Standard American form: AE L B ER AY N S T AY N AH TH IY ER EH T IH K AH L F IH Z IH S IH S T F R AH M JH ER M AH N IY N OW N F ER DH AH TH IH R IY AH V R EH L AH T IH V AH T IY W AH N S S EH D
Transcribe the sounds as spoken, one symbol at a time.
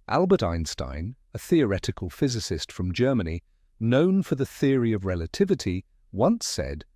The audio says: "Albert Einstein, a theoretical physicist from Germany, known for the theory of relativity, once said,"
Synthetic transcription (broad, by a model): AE L B ER AY N S T AY N AH TH IY ER EH T IH K AH L F IH Z IH S IH S T F R AH M JH ER M AH N IY N OW N F ER DH AH TH IH R IY AH V R EH L AH T IH V AH T IY W AH N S S EH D